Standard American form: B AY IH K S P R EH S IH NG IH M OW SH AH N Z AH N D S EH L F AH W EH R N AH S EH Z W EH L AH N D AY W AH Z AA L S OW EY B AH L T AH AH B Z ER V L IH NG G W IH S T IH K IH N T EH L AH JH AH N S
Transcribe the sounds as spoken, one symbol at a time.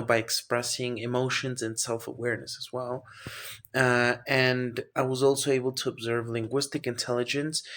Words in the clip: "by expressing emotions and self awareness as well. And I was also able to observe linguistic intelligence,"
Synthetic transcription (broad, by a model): B AY IH K S P R EH S IH NG IH M OW SH AH N Z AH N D S EH L F AH W EH R N AH S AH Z W EH L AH N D AY W AH Z AA L S OW EY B L T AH AH B Z ER V L IH NG G W IH S T IH K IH N T EH L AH JH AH N S